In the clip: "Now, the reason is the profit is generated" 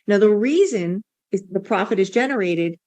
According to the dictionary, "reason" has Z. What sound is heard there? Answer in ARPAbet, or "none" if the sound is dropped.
Z